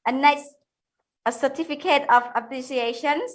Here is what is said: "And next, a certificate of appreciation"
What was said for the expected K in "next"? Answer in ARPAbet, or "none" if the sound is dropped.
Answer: none